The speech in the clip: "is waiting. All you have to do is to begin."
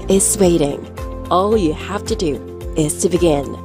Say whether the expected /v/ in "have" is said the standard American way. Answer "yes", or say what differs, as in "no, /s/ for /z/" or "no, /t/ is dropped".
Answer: no, /f/ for /v/